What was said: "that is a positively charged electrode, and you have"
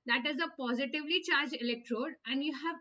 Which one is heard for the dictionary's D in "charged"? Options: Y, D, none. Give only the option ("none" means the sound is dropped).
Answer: none